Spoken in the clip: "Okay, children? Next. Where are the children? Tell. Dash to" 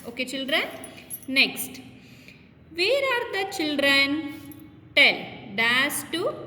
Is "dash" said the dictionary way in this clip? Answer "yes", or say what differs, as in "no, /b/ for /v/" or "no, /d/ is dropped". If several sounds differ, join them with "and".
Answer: no, /s/ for /ʃ/